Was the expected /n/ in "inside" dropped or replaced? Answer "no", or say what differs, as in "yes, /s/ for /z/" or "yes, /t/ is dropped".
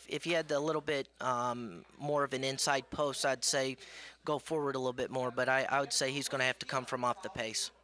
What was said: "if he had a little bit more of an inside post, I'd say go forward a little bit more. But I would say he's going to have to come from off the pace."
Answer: no